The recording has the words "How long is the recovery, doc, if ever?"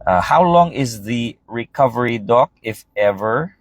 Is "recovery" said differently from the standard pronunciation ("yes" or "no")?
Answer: no